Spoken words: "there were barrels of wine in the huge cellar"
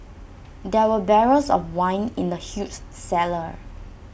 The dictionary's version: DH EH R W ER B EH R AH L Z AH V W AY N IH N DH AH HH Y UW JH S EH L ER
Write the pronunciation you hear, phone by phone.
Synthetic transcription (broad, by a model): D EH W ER B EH R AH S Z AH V W AY N IH N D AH HH Y UW CH S EH L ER